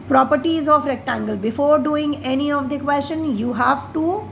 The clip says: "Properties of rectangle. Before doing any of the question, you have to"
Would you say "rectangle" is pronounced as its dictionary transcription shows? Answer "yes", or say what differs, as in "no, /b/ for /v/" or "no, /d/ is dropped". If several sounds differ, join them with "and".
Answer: yes